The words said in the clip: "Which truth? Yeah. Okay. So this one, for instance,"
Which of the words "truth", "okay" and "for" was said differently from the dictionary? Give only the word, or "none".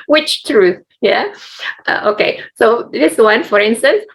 none